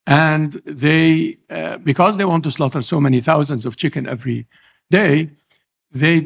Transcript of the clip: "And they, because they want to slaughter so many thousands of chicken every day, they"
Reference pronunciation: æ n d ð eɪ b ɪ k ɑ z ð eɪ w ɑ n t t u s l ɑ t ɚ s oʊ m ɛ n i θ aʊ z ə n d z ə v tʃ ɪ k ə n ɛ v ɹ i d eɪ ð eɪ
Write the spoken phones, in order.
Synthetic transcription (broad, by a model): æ n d ð eɪ b ɪ k ɑ z ð eɪ w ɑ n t t u s l ɑ t ɚ s oʊ m ɛ n i θ aʊ z ə n d z ə v tʃ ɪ k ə n ɛ v ɹ i d eɪ ð eɪ